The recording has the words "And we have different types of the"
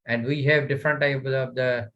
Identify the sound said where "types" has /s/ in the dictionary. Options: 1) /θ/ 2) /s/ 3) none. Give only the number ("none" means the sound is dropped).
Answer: 3